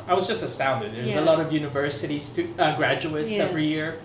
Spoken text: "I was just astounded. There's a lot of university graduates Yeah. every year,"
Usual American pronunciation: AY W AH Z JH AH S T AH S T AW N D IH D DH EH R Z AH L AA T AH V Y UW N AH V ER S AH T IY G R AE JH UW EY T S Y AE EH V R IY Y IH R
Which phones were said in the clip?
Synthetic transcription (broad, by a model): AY W AH Z JH AH S T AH S AW N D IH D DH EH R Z AH L AA T AH V Y UW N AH V ER S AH T IY G R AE JH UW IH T S EH V R IY Y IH R